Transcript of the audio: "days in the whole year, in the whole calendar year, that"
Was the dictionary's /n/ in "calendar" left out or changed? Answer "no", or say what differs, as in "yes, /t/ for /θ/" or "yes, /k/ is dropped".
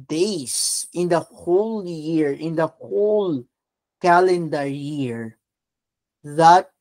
no